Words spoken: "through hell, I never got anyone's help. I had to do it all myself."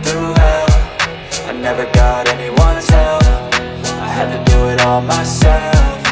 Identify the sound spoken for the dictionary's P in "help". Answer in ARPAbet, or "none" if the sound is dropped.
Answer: F